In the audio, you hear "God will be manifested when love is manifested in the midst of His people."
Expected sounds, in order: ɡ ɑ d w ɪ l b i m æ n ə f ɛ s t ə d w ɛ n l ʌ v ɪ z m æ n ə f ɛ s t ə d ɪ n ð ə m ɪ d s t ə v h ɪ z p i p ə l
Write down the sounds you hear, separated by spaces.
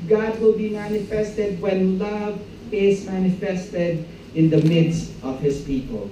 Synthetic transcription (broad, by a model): ɡ ɑ d w ɪ l b i m æ n ə f ɛ s t ə d w ɛ n l ʌ v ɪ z m æ n ə f ɛ s t ə d ɪ n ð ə m ɪ d s t ə v h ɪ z p i p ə l